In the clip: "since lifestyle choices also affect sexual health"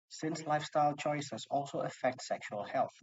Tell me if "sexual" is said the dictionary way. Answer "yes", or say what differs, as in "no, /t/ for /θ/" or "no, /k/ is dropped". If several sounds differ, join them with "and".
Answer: yes